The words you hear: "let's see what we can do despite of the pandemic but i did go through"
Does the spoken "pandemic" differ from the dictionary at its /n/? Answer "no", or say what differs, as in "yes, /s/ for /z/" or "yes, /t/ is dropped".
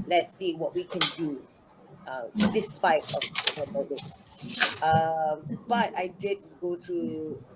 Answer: yes, /n/ is dropped